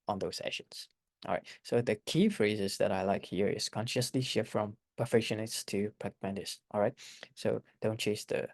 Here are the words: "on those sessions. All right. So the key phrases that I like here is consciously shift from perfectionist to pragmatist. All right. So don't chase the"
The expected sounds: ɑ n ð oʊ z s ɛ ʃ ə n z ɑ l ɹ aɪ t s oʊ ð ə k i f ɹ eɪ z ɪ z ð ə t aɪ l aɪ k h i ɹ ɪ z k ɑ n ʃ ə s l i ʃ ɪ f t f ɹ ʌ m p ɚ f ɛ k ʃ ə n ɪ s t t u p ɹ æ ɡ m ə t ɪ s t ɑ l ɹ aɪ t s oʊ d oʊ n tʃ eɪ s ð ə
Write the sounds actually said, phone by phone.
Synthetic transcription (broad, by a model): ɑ n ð oʊ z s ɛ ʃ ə n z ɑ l ɹ aɪ t s oʊ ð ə k i f ɹ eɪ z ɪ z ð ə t aɪ l aɪ k h i ɹ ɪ s k ɑ n ʃ ə s l i ʃ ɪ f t f ɹ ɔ m p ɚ f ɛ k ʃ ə n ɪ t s t u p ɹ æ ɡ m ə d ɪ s t ɑ l ɹ aɪ t s oʊ d oʊ n tʃ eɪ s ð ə